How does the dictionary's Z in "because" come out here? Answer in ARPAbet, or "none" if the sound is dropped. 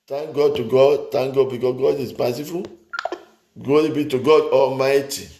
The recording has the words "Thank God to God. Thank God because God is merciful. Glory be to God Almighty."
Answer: S